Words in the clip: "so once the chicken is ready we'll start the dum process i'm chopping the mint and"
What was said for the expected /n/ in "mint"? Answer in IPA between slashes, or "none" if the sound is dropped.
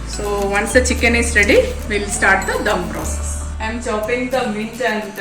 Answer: none